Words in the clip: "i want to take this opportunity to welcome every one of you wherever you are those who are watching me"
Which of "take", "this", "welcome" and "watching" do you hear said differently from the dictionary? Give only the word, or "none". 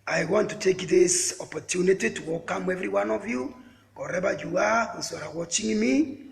welcome